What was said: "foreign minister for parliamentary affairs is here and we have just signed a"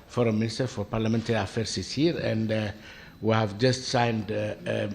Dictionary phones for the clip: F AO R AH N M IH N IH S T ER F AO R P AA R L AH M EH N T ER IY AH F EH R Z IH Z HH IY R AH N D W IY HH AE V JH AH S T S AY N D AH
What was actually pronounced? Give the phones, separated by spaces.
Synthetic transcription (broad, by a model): F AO R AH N M IH N IH S T ER F AO R P AA R L AH M EH N T ER IY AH F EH R S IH S HH IY R AH N D W IY HH AE V JH AH S T S AY N D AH